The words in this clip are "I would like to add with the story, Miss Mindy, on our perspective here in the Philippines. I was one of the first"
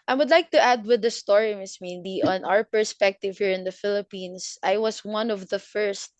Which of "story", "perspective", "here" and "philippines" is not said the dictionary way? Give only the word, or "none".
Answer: philippines